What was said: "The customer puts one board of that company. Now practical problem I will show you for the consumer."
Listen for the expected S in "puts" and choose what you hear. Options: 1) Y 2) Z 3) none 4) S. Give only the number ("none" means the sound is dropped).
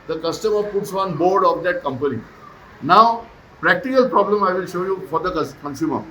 4